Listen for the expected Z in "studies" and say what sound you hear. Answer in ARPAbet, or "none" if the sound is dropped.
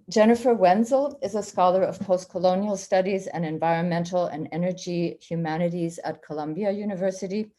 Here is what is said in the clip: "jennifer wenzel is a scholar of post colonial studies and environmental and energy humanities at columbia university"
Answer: Z